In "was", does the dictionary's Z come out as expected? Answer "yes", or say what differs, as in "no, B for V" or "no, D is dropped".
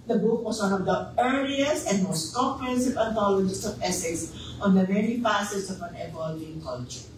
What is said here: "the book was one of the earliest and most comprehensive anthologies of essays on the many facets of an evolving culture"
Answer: no, S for Z